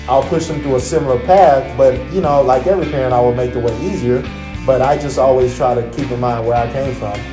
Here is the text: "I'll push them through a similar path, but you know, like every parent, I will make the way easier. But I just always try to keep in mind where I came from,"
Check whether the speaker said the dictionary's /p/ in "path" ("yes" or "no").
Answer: yes